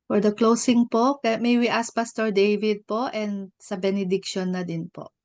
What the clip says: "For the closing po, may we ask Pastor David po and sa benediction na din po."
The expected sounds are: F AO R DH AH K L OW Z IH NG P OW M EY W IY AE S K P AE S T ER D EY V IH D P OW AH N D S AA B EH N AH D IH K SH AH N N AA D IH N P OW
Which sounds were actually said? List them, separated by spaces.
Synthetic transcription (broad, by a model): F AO R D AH K L OW S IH NG P OW M EY W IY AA S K P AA S T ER D EY V IH D P OW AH N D S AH B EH N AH D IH K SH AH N N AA D IH N P OW